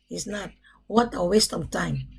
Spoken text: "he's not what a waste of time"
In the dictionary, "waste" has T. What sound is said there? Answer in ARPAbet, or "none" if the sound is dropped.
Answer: T